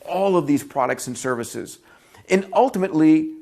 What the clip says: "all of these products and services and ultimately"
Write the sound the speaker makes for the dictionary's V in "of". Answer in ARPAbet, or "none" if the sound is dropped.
V